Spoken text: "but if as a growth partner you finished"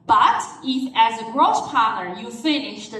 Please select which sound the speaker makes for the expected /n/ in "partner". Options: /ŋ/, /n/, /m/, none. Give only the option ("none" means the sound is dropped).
none